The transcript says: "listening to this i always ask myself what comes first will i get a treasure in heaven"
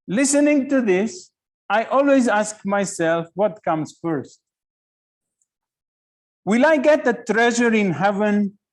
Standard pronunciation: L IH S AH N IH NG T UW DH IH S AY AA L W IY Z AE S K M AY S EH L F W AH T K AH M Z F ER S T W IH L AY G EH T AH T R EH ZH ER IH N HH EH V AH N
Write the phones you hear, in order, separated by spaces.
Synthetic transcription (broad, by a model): L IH S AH N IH NG T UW DH IH S AY AA L W IY Z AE S K M AY S EH L F W AH T K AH M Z F ER S T W IH L AY G EH T AH T R EH ZH ER IH N HH EH V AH N